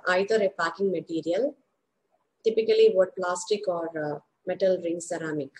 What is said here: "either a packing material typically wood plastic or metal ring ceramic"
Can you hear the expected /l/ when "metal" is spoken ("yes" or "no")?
yes